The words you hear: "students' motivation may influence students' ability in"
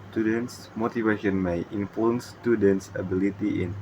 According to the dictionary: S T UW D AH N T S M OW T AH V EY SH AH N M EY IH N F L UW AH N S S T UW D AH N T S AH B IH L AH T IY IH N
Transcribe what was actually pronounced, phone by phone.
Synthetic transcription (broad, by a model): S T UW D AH N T S M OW T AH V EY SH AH N M EY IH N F UW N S S T UW D AH N T S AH B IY L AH T IY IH N